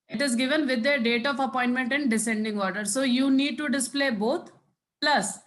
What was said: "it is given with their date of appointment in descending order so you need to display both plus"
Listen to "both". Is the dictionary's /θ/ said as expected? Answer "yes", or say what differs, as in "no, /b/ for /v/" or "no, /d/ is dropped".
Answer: no, /t/ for /θ/